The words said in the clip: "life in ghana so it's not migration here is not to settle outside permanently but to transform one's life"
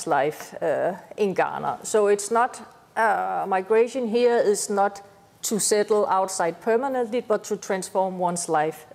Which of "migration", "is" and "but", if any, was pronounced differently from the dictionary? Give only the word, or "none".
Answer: is